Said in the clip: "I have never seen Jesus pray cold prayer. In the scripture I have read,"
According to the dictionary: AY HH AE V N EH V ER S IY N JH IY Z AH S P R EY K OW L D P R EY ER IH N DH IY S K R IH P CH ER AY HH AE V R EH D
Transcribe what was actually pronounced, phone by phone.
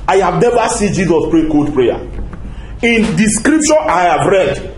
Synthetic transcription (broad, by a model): AY HH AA V N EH V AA S IY N JH IY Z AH S P R EY K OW D P R EY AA IH N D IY S K R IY P SH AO AY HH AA V R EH D